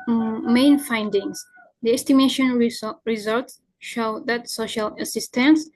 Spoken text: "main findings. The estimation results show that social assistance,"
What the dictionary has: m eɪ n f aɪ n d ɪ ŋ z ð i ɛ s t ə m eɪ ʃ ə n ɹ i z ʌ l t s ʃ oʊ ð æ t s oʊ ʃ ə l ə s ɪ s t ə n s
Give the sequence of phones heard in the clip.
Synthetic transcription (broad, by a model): m eɪ n f aɪ n d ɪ ŋ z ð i ɛ s t ə m eɪ ʃ ə n ɹ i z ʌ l t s ʃ oʊ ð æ t s oʊ ʃ ə l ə s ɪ s t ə n s